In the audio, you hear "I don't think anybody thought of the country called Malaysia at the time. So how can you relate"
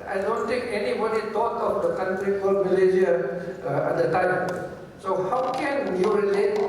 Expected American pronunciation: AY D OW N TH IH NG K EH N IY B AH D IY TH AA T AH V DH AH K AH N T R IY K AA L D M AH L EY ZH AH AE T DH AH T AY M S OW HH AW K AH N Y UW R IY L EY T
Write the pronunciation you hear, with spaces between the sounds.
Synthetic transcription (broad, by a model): AY D OW N T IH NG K EH N IY B AH D IY T AA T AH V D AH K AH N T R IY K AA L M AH L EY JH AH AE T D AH T AY M S OW HH AW K AH N Y UW R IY L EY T